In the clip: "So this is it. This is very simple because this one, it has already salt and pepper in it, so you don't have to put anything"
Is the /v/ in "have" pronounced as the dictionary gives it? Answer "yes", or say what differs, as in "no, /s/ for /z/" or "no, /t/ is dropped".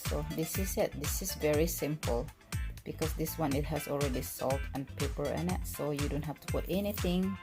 no, /f/ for /v/